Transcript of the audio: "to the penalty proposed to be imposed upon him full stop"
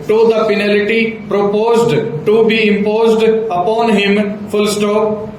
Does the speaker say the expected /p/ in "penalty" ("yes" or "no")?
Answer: no